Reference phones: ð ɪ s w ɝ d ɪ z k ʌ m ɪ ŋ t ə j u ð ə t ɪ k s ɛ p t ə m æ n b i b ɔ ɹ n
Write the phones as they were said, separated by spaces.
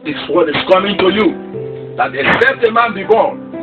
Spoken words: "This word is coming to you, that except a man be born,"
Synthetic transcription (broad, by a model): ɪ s w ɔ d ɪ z k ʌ m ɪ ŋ t ə j u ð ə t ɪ s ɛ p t ə m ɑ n b i b ɔ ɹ n